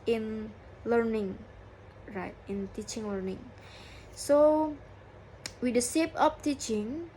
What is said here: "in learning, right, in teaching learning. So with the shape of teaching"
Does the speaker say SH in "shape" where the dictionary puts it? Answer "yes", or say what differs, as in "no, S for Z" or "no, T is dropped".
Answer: no, S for SH